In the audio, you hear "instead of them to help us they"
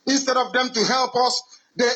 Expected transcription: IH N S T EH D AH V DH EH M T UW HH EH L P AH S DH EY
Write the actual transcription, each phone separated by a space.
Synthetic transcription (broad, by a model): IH N S T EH D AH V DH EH M T UW HH EH L P AH S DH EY